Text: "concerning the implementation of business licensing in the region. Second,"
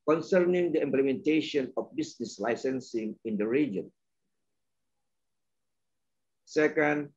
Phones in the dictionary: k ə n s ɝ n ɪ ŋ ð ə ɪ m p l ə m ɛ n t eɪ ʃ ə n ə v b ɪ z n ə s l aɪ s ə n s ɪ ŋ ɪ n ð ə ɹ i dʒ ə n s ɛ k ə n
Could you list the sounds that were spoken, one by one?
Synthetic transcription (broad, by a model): k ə n s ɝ n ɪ ŋ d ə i m p l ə m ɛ n t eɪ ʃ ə n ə f b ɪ s n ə s l aɪ s ə n s ɪ ŋ ɪ n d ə ɹ i dʒ ə n s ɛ k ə n